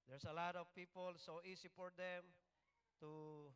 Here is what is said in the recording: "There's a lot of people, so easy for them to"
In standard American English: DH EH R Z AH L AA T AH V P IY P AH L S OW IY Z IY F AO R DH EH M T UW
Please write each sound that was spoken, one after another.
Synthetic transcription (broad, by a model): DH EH R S AH L AA T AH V P IY P AH L S OW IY S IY F AO R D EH M T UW